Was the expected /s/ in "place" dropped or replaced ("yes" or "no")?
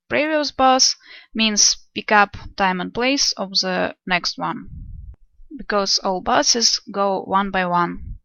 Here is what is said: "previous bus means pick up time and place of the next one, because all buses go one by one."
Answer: no